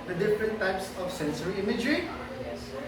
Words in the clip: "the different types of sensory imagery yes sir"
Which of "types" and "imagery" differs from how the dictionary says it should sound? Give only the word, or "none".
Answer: none